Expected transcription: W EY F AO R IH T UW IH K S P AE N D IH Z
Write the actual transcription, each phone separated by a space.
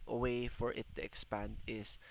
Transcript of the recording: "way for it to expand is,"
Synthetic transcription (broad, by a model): W EY F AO R IH T UW IH K S P AE N D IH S